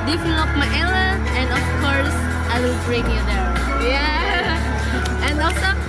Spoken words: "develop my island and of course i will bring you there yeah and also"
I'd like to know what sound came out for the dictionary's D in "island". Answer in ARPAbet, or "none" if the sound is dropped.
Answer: none